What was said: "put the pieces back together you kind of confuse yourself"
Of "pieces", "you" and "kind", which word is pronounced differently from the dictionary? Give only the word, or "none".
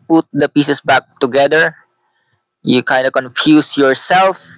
pieces